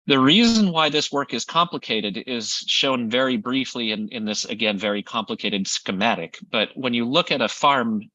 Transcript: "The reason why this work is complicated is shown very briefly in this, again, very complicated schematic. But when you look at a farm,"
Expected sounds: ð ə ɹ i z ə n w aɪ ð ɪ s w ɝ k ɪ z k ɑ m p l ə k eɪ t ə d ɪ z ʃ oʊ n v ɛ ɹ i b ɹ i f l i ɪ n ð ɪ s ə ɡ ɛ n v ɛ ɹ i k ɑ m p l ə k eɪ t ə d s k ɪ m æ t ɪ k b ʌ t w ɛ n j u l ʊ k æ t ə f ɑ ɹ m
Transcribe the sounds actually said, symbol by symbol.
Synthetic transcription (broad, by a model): ð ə ɹ i z ə n w aɪ ð ɪ s w ɝ k ɪ z k ɑ m p l ə k eɪ t ə d ɪ z ʃ oʊ n v ɛ ɹ i b ɹ i f l i ɪ n ð ɪ s ə ɡ ɛ n v ɛ ɹ i k ɑ m p l ə k eɪ t ə d s k ɪ m æ t ɪ k b ʌ t w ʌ n j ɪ l ʊ k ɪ t ə f ɑ ɹ m